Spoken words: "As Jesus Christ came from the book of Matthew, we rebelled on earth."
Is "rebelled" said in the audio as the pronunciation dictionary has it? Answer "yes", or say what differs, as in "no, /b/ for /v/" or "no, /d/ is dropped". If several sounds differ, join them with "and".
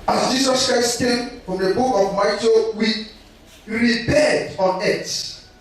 no, /l/ is dropped